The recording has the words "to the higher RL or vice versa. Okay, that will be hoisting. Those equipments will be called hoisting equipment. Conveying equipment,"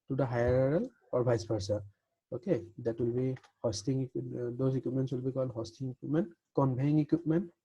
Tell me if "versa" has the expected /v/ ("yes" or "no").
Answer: no